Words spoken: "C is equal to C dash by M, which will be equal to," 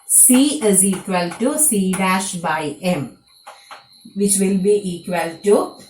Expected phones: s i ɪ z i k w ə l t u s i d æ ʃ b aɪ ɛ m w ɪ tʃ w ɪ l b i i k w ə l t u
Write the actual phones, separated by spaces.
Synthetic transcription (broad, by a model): s i ɪ z i k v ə l t u s i d æ ʃ b aɪ ɛ m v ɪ tʃ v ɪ l b i i k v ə l t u